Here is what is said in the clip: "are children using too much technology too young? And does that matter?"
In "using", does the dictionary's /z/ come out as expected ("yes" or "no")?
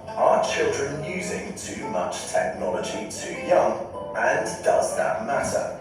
yes